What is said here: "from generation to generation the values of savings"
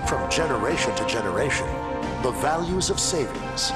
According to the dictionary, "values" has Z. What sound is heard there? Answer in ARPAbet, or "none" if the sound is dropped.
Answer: Z